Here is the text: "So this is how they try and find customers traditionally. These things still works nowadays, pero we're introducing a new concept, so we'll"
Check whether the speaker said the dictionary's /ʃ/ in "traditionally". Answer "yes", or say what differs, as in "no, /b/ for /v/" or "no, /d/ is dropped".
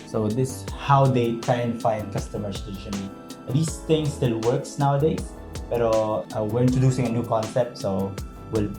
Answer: no, /ʃ/ is dropped